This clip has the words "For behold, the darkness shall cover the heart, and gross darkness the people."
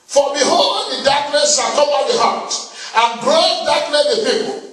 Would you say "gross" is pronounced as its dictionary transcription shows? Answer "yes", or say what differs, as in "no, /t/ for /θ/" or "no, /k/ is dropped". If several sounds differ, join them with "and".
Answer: no, /s/ is dropped